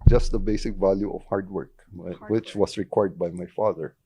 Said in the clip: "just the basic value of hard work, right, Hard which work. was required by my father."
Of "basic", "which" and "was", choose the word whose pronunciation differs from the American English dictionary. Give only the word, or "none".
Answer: was